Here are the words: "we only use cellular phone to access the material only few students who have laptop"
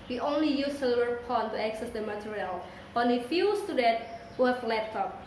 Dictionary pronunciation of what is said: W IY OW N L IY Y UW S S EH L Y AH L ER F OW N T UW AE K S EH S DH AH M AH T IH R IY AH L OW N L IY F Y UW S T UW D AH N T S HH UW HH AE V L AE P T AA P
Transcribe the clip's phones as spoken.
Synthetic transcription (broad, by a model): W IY OW N L IY Y UW S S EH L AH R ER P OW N T UW AE K S EH S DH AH M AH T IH R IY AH L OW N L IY F Y UW S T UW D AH N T HH UW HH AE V L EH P T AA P